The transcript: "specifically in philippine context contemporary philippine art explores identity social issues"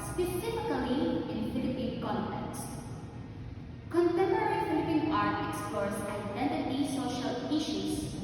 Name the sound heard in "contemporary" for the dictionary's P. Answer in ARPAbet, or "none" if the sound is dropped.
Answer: none